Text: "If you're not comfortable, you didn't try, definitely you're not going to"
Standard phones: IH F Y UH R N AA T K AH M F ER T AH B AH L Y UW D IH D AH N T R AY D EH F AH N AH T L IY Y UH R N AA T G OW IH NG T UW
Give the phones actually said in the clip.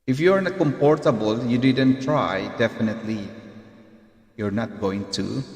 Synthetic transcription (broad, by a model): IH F Y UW R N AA K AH M P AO T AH B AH L Y UW D IH D AH N T R AY D EH F AH N AH T L IY Y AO R N AA T G OW IH NG T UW